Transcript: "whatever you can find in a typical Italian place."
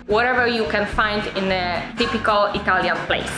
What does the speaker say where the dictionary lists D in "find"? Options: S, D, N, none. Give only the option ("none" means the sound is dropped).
D